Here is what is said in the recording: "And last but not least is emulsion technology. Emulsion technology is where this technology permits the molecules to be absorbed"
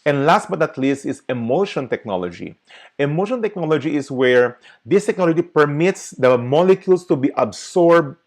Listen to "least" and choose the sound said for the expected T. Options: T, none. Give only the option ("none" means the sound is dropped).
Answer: T